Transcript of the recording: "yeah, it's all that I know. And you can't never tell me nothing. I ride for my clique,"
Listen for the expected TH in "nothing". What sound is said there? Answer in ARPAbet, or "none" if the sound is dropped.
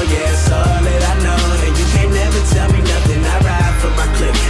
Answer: TH